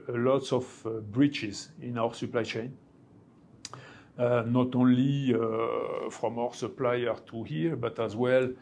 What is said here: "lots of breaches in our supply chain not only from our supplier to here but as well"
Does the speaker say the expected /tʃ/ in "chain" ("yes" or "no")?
yes